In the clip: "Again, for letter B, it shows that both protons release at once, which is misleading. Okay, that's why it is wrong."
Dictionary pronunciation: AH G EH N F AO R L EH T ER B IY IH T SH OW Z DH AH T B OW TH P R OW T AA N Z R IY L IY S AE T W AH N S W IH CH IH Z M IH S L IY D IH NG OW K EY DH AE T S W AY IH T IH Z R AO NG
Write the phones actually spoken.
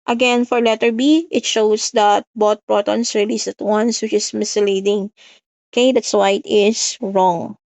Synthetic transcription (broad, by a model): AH G EH N F AO R L EH T ER B IY IH T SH OW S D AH T B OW T P R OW T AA N S R IY L IY S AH T W AH N S W IH CH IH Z M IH S L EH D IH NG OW K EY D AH T S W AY IH T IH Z R AO NG